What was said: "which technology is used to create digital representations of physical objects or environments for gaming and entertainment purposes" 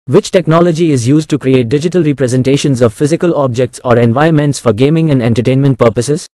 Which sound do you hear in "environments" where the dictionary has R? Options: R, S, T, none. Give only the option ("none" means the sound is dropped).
none